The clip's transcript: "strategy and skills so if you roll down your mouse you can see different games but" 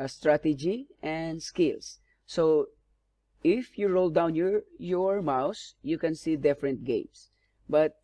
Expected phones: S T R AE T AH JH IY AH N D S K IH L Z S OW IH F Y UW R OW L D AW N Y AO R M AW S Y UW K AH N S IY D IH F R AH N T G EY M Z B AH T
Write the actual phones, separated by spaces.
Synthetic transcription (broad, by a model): S T R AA T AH JH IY AH N D S K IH L S OW IH F Y UW R OW L D AW N Y AO R M AW S Y UW K AH N S IY D IH F R AH N T G EY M S B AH T